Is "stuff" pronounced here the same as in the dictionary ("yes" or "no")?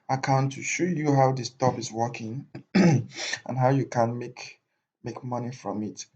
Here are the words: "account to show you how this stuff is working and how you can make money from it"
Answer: no